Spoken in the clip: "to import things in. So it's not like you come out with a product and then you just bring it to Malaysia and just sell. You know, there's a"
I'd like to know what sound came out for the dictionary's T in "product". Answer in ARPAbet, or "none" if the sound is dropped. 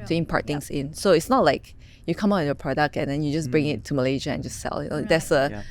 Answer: T